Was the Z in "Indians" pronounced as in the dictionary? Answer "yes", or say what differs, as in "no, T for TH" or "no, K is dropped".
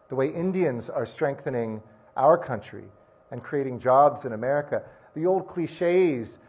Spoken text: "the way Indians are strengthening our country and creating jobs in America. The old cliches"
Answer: yes